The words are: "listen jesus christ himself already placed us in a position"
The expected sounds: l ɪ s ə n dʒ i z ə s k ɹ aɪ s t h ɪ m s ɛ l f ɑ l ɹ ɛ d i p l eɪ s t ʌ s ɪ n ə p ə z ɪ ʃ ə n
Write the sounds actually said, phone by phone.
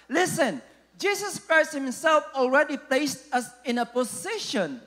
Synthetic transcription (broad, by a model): l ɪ s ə n dʒ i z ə s k ɹ aɪ s t h ɪ m s ɛ l f ɑ l ɹ ɛ d i p l eɪ s t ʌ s ɪ n ə p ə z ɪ ʃ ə n